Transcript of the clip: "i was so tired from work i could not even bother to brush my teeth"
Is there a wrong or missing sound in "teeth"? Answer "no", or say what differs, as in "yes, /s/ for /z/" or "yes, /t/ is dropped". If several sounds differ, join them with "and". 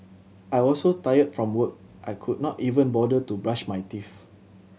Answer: yes, /f/ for /θ/